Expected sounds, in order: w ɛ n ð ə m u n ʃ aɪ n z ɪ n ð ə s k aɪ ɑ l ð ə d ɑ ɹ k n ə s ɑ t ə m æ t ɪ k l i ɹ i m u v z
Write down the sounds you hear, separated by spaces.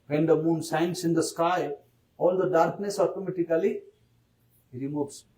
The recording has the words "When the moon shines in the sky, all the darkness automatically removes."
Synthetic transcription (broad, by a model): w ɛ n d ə m u n s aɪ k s ɪ n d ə s k aɪ ɑ l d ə d ɑ ɹ k n ə s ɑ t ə m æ t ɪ k l i ɹ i m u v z